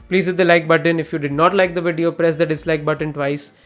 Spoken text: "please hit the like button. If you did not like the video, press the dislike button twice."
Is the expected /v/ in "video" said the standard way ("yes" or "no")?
yes